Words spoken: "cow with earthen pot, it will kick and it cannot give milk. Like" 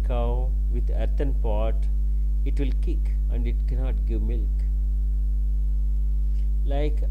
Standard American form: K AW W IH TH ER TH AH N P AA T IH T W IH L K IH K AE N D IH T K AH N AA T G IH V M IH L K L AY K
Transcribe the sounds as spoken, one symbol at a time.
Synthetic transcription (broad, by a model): K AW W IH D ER T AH N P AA T IH T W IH L K IH K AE N D IH T K AH N AA T G IH V M IH L K L AY K